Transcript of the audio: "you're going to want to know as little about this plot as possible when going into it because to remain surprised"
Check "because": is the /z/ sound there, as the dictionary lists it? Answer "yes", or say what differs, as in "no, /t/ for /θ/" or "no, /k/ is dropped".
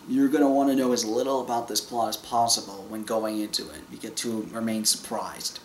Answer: no, /z/ is dropped